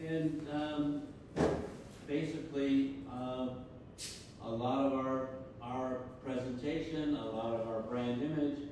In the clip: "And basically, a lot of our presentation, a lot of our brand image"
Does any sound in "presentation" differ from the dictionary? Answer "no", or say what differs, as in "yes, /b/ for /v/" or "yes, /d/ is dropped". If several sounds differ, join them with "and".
no